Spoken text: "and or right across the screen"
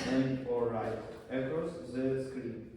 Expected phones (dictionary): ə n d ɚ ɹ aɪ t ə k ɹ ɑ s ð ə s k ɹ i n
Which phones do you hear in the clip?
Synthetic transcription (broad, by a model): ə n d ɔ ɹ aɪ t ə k ɑ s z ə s k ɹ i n